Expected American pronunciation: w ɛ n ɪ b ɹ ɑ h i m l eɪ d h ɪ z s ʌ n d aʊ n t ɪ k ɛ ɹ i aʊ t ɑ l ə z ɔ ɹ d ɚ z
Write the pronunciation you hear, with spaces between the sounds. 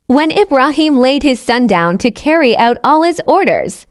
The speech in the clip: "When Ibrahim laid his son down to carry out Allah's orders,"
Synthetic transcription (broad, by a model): w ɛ n ɪ b ɹ ɑ h i m l eɪ d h ɪ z s ʌ n d aʊ n t ɪ k ɛ ɹ i aʊ t ɑ l ə z ɔ ɹ d ɚ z